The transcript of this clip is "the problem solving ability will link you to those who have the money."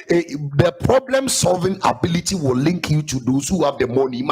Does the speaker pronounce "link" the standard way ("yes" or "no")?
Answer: yes